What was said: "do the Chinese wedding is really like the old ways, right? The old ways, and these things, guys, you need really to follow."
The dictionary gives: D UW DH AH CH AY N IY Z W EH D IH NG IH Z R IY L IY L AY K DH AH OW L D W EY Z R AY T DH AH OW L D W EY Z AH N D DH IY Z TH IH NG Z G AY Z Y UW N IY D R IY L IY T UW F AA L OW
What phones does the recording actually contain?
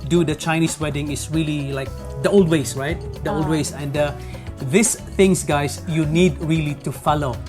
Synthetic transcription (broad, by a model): D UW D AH CH AY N IY S W EH D IH NG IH S R IY L IY L AY K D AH OW L D W EY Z R AY T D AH OW L D W EY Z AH N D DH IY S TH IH NG S G AY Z Y UW N IY D R IY L IY T UW F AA L OW